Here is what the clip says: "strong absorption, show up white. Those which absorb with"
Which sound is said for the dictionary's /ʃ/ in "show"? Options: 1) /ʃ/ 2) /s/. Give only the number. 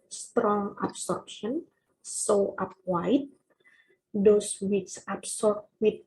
2